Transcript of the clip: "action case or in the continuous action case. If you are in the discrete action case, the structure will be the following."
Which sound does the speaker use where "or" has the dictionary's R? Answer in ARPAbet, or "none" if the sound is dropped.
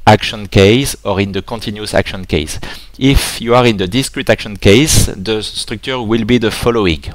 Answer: R